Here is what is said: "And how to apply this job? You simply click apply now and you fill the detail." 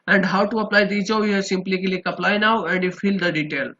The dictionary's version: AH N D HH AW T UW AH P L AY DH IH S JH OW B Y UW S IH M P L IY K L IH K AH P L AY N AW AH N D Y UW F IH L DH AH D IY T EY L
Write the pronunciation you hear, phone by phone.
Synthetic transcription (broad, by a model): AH N D HH AW T UW AH P L AY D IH JH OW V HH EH S IH M P L IY K L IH K AH P L AY N AW AH N D Y UW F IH L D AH D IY T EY L